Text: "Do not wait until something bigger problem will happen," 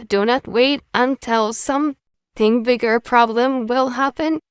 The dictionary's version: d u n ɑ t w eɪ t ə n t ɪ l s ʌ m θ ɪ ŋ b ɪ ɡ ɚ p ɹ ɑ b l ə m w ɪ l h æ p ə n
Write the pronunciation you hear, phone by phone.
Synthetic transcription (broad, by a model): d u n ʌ t w eɪ t ə n t ɪ l s ʌ m θ ɪ ŋ b ɪ ɡ ɚ p ɹ ɑ b l ə m w ɪ l h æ p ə n